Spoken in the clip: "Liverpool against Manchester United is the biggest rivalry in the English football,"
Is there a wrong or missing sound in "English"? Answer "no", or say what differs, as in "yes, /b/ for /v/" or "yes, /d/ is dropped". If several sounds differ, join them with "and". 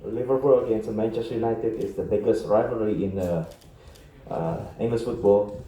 yes, /s/ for /ʃ/